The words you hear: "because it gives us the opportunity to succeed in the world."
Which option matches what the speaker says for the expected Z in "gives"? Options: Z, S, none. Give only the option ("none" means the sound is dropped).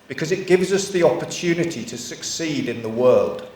Z